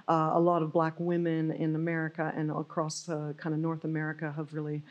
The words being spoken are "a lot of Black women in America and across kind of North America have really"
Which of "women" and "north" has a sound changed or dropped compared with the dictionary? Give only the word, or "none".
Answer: none